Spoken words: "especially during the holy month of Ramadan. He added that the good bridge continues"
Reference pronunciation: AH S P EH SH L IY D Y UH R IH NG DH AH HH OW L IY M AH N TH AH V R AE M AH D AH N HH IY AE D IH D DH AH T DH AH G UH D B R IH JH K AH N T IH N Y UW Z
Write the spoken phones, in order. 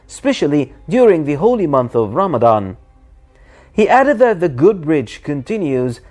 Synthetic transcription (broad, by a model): S P EH SH L IY D Y UH R IH NG DH AH HH OW L IY M AH N TH AH V R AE M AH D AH N HH IY AE D IH D DH AH T DH AH G UH D B R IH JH K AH N T IH N Y UW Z